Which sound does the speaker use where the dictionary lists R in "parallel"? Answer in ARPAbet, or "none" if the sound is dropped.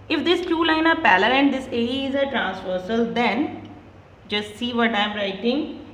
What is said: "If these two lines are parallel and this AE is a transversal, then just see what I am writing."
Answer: L